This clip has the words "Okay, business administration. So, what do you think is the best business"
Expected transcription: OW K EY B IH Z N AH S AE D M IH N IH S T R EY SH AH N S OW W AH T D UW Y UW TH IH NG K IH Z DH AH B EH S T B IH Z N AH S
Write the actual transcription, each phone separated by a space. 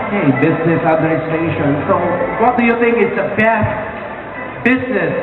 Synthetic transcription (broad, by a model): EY B IH Z N AH S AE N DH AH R S T EY SH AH N S OW W AH T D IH Y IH TH IH NG K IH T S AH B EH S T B IH Z N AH S